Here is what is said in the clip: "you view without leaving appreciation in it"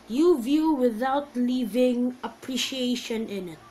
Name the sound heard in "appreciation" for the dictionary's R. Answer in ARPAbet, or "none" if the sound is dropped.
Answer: R